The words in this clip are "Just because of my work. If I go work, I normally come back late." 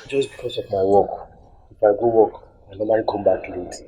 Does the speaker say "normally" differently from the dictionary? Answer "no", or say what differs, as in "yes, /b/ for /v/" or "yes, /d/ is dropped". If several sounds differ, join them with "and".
yes, /l/ is dropped